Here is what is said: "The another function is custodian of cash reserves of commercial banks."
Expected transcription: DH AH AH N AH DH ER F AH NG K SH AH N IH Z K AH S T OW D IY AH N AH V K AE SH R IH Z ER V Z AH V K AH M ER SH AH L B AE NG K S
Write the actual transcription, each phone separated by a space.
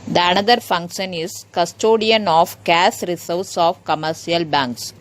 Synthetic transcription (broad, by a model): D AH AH N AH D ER F AH NG K SH AH N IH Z K AH S T OW D IY AH N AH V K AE S R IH S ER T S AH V K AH M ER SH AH L B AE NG K S